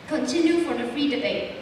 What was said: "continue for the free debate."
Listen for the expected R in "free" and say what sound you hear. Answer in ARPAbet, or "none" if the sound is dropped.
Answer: R